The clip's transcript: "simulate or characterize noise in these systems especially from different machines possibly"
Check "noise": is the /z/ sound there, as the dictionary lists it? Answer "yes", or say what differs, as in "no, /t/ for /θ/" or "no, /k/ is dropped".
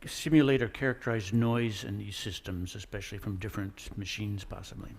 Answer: yes